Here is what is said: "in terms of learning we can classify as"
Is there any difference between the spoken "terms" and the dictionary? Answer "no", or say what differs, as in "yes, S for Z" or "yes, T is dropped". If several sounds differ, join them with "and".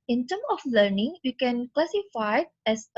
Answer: yes, Z is dropped